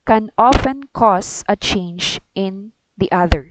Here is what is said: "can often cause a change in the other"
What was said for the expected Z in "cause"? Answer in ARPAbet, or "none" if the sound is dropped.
S